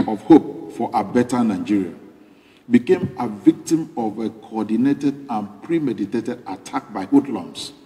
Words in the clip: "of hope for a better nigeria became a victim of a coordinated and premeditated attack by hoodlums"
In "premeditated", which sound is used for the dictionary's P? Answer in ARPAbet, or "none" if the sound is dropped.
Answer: P